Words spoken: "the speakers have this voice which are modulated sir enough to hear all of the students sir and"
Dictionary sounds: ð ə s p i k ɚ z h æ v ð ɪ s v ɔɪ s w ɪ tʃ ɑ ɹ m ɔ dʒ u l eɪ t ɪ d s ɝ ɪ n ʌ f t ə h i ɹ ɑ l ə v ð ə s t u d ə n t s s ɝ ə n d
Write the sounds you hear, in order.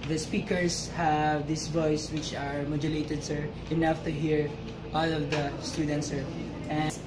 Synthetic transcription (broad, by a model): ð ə s p i k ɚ s h æ v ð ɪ s v ɔɪ s w ɪ tʃ ɑ ɹ m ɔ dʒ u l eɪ t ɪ d s ɝ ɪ n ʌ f t ə h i ɹ ɑ l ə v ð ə s t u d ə n t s s ɝ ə